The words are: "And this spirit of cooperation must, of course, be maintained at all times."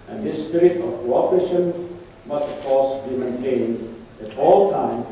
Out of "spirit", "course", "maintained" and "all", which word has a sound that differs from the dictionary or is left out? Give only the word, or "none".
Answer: none